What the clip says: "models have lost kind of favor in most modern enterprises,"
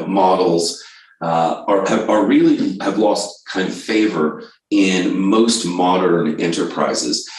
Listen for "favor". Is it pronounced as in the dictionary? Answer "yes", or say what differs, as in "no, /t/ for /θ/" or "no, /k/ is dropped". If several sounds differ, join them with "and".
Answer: yes